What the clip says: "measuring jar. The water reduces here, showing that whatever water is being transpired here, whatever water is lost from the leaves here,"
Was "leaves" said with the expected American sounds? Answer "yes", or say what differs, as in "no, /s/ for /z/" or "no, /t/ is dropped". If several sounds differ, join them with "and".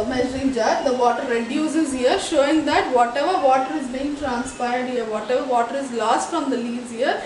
no, /v/ is dropped